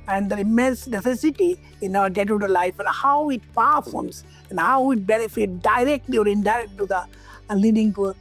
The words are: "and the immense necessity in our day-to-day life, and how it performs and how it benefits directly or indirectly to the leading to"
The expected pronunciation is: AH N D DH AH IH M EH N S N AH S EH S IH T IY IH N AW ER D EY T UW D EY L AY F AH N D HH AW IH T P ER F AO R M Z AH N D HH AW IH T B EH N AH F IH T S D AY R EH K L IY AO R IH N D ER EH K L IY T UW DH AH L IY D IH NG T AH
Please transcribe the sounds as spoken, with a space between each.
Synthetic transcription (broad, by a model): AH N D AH IH M EH N S N AH S EH S IH T IY IH N AW ER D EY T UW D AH L AY F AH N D HH AW IH T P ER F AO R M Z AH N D HH AW IH T B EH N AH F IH T D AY R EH K L IY AO R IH N D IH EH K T T UW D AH L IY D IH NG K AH